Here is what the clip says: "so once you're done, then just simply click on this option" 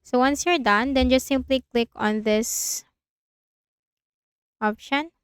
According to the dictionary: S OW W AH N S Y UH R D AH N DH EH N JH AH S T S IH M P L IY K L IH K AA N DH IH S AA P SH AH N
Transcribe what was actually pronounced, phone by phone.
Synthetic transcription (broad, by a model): S OW W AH N S Y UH R D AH N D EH N JH AH S T S IH M P L IY K L IH K AA N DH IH S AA P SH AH N